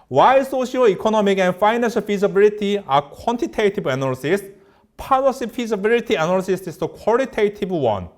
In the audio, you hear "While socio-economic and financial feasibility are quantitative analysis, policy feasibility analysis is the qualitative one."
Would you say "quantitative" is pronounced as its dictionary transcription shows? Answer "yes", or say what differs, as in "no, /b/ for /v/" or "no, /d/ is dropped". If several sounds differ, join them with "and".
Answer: no, /b/ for /v/